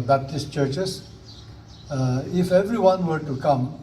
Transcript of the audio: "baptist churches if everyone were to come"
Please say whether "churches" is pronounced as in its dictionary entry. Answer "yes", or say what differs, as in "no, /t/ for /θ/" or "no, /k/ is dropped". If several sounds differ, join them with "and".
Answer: no, /s/ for /z/